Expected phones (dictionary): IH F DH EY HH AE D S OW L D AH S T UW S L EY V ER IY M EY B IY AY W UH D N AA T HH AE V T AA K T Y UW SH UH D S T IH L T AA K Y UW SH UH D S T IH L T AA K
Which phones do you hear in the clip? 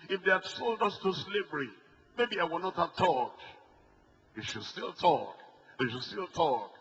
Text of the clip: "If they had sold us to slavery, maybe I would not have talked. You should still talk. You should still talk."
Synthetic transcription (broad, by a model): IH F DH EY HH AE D S OW L D AH S T UW S L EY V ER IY M EY B IY AY W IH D N AA T HH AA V T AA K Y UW SH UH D S T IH L T AA K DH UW SH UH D S T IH L T AA K